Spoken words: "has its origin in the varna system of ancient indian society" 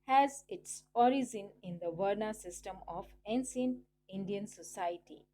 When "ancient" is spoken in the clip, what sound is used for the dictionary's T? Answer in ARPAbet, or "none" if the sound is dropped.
none